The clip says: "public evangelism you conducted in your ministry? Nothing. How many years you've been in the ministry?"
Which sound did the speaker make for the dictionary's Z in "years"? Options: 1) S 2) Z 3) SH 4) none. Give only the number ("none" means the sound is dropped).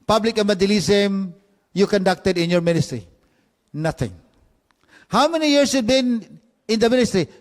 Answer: 1